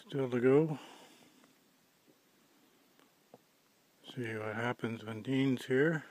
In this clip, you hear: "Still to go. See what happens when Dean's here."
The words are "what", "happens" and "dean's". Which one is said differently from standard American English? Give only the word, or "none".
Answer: none